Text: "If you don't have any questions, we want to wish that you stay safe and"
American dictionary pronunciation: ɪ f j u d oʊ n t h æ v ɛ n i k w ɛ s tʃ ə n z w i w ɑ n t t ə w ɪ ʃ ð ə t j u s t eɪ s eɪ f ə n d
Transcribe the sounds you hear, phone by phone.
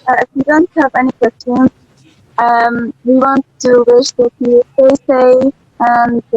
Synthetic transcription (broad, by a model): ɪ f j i d oʊ n t h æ v ɛ n i k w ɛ s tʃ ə n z w i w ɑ n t t ə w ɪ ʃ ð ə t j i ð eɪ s eɪ ə n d